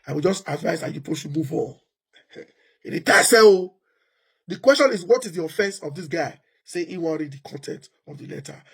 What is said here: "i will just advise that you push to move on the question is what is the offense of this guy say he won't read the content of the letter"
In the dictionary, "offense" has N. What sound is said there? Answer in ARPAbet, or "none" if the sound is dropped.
N